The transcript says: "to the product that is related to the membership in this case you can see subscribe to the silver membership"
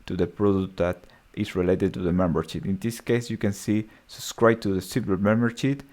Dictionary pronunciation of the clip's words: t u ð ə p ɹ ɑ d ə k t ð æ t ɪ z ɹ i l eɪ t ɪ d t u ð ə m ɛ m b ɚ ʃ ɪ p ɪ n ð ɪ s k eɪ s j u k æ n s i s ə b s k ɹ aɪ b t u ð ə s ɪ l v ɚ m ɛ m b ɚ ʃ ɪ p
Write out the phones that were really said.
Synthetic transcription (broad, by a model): t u ð ə p ɹ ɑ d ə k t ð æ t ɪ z ɹ i l eɪ t ɪ d t u ð ə m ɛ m b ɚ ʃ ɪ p ɪ n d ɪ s k eɪ s j u k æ n s i s ə b s k ɹ aɪ b t u ð ə s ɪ v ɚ m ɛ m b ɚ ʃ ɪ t